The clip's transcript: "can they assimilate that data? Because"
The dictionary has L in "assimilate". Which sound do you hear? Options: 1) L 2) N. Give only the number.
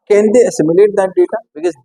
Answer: 1